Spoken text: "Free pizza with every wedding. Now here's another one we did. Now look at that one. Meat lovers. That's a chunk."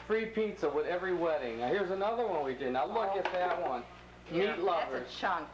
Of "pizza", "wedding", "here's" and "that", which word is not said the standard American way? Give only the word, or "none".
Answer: none